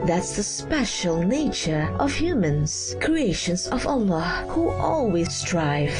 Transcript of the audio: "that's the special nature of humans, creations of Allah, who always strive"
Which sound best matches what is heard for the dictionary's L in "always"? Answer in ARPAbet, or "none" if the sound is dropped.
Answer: L